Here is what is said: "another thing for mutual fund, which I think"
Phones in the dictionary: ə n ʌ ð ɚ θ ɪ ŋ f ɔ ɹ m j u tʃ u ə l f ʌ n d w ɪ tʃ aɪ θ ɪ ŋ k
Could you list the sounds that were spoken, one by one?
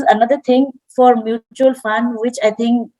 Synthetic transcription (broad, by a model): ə n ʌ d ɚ t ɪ ŋ f ɔ ɹ m j u tʃ u ə l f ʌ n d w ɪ tʃ aɪ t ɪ ŋ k